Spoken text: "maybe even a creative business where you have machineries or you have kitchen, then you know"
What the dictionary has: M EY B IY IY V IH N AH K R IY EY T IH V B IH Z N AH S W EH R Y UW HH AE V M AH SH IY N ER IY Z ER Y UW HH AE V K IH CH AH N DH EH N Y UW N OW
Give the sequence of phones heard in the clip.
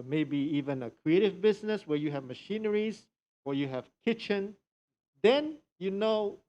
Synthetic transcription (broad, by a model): M EY B IY IY V IH N AH K R IY EY T IH V B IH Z N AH S W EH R Y UW HH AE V M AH SH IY N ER IY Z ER Y UW HH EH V K IH CH AH N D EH N Y UW N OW